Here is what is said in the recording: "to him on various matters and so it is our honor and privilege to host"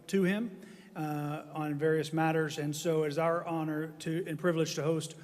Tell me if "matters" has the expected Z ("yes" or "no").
yes